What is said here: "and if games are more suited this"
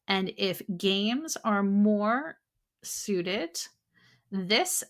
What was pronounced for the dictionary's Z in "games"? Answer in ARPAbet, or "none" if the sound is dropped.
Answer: Z